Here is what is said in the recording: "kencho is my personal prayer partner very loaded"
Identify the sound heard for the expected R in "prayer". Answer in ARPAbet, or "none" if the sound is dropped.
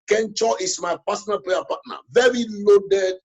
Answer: L